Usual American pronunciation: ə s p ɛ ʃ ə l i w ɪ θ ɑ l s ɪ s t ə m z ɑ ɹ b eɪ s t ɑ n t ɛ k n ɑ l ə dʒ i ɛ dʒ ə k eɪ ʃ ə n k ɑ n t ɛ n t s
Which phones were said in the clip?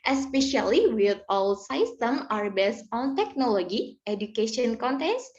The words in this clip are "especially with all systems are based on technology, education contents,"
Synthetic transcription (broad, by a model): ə s p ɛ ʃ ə l i w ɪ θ ɑ l s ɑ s t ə m ɑ ɹ b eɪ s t ɑ n t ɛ k n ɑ l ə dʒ i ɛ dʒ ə k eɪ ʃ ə n k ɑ n t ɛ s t